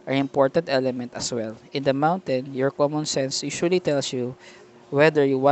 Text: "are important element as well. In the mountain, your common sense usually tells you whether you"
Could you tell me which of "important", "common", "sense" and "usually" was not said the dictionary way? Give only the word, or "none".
usually